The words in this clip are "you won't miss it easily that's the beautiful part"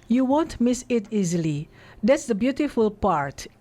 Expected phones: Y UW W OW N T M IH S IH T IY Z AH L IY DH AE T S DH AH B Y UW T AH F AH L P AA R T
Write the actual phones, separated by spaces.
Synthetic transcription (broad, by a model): Y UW W OW N T M IH S IH T IY Z AH L IY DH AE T S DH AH B Y UW T AH F AH L P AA R T